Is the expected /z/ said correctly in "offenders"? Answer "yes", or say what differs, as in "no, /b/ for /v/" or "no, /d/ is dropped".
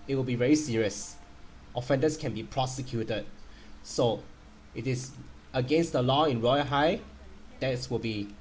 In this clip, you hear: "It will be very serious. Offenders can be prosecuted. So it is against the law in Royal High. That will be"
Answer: no, /s/ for /z/